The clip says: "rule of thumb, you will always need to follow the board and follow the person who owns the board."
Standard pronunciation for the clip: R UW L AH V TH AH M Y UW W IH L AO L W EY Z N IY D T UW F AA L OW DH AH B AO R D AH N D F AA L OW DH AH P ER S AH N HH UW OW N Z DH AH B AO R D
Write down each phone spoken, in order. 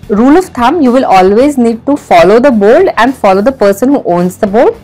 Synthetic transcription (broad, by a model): R UW L AH V T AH M Y UW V IH L AO L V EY Z N IY D T UW F AA L OW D AH B AO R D AH N D F AA L OW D AH P ER S AH N HH UW OW N Z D AH B AO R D